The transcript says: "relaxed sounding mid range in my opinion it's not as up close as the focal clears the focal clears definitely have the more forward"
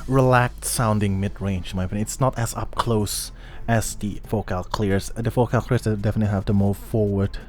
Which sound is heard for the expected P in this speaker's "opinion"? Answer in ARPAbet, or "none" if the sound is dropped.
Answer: none